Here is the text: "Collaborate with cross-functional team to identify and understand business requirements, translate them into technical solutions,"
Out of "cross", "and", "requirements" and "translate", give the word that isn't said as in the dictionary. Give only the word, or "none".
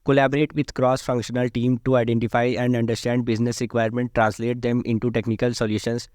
requirements